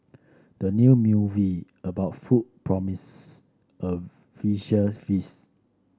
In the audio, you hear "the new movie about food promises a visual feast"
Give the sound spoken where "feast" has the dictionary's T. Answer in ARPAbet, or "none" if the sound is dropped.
none